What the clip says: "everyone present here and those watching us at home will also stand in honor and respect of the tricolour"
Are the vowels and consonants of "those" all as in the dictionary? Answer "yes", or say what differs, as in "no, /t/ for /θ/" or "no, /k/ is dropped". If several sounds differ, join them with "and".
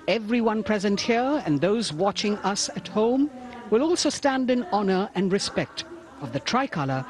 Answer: yes